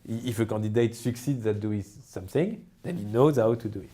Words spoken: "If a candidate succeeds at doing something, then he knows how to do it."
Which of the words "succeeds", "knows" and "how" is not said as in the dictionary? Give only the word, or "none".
none